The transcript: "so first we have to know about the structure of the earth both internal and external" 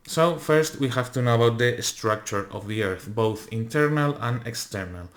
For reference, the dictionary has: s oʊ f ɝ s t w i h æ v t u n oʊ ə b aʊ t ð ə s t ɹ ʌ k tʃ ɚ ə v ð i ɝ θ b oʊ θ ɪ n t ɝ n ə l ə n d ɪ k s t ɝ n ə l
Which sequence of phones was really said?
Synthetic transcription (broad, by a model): s oʊ f ɝ s t w i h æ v t u n oʊ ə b aʊ t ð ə s t ɹ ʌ k tʃ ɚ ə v ð i ɝ θ b oʊ θ ɪ n t ɝ n ə l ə n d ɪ k s t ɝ n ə l